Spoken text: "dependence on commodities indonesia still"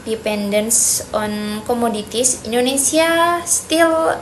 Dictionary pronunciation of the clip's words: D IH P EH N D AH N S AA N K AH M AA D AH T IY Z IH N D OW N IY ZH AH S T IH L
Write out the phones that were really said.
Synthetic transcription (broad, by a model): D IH P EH N D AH N S AA N K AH M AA D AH T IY S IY N D OW N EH S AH S T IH L